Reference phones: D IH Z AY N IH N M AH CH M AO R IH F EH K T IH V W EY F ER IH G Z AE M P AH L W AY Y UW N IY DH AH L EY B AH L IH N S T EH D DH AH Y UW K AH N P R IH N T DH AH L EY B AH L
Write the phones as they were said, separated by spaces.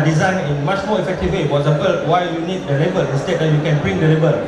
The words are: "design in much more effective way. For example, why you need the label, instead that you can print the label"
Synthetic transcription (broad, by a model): D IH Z AY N IH N M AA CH M AO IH F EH K T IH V W EY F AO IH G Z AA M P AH L W AY Y UW N IY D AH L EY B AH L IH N S T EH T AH Y UW K AH N B R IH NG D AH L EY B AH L